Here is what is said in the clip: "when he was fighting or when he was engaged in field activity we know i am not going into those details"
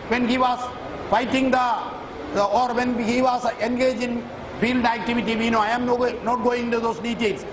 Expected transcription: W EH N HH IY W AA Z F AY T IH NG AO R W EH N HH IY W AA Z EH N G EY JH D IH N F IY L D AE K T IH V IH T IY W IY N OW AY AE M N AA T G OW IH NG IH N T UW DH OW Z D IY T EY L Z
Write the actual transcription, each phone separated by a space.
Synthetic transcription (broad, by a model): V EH N HH IY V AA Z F AY T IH NG AO R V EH N HH IY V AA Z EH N G EY JH IH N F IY L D AE K T IH V IH T IY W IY N OW AY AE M N AA T G OW IH NG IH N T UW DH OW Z D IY T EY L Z